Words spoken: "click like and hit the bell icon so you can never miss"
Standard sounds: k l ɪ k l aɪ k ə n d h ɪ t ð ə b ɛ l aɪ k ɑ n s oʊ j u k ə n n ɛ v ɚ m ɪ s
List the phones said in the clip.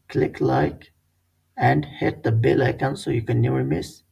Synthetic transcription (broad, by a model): k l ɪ k l aɪ k ə n d h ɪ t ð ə b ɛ l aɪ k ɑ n s oʊ j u k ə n n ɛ ɚ m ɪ s